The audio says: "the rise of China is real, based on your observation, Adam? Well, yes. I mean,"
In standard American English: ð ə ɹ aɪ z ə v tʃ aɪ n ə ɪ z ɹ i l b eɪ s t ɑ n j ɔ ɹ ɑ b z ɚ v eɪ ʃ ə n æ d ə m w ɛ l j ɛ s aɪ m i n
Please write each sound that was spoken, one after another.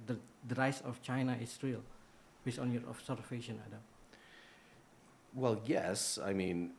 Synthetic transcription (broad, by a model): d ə ɹ aɪ s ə f tʃ aɪ n ə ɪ s ɹ i l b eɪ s ɑ n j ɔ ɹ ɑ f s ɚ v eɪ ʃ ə n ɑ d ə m w ɛ l j ɛ s aɪ m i n